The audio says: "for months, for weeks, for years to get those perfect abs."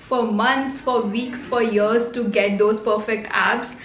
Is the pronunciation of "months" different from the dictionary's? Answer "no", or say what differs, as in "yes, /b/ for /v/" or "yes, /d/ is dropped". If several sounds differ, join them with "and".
yes, /t/ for /θ/